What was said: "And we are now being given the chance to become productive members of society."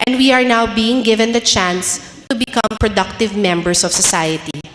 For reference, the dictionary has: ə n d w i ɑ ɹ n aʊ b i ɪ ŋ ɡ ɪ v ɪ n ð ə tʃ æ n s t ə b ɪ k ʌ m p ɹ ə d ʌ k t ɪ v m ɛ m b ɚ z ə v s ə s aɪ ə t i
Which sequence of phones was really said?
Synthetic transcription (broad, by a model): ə n d w i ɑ ɹ n aʊ b i ɪ ŋ ɡ ɪ v ɪ n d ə tʃ æ n s t ə b ɪ k ʌ m p ɹ ə d ʌ k t ɪ v m ɛ m b ɚ s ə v s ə s aɪ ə t i